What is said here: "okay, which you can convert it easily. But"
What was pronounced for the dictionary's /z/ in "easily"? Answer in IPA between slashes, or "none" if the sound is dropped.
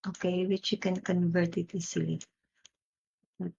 /s/